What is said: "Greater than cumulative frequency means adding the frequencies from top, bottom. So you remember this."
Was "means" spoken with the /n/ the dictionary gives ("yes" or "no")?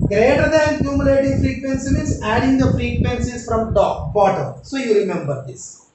no